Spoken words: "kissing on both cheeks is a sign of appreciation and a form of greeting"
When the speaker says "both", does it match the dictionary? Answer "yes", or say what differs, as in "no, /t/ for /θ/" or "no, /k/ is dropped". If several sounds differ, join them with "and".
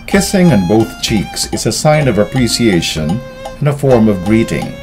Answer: yes